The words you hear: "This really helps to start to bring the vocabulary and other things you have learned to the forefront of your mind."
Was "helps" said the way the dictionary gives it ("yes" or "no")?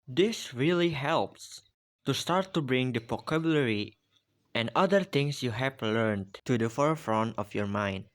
yes